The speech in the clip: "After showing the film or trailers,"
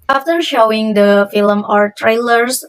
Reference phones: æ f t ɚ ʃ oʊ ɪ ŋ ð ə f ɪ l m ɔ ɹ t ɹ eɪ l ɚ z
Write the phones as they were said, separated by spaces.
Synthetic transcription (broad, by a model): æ f t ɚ ʃ oʊ ɪ ŋ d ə f ɪ l m ɔ ɹ t ɹ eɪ l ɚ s